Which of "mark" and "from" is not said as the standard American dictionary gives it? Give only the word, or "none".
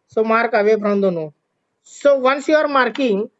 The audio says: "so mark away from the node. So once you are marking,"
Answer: from